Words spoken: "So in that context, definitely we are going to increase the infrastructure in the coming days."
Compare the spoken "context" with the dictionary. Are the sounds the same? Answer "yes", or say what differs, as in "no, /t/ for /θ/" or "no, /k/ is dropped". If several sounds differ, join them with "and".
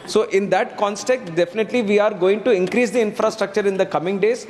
no, /s/ is dropped